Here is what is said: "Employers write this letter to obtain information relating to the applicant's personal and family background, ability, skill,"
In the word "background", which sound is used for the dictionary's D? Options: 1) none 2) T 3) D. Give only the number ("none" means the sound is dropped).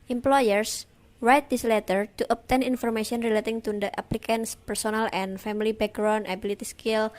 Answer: 1